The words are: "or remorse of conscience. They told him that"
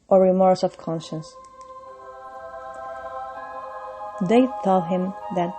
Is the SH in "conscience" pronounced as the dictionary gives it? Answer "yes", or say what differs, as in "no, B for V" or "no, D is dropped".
yes